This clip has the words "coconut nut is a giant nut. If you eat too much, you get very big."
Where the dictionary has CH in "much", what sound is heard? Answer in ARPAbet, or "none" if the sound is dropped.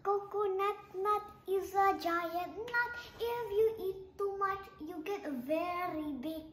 CH